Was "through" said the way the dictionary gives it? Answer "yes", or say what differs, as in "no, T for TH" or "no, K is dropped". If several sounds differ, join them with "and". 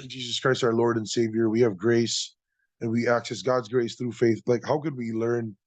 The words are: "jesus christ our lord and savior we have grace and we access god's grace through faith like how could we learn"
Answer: yes